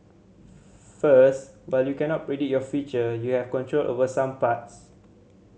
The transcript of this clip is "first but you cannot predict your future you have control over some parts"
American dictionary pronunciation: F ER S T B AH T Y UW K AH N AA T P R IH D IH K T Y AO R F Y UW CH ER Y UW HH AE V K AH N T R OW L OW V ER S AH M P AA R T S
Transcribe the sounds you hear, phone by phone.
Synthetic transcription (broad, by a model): F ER S T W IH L Y UW K AH N AA T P R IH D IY T Y AO F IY CH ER Y UW HH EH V K AH N T R OW L OW V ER S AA M P AA T S